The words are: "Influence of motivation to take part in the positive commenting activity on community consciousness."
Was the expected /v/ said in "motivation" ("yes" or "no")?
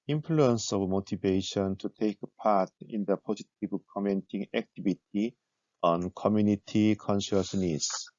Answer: no